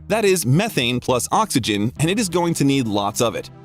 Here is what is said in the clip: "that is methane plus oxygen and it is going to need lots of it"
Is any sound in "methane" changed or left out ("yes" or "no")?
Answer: no